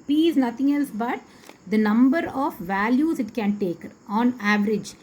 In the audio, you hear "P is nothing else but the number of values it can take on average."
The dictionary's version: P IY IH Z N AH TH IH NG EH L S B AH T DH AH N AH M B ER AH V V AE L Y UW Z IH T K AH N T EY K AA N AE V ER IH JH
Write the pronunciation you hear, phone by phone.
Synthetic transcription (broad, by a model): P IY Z N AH T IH NG EH L S B AH T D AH N AH M B ER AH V V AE L Y UW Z IH T K AH N T EY K AA N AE V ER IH JH